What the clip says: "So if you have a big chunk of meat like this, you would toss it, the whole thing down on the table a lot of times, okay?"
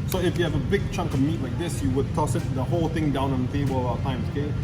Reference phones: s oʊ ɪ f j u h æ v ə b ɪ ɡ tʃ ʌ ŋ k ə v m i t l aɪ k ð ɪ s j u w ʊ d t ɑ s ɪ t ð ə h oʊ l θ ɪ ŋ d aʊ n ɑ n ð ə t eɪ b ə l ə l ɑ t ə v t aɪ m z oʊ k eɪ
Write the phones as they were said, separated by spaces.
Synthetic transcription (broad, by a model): s oʊ ɪ f j u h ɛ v ə b ɪ ɡ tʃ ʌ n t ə m i t l aɪ k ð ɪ s j u w ʊ d t ɑ s ɪ t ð ə h oʊ l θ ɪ ŋ d aʊ n ɑ n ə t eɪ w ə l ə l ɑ ə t aɪ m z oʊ k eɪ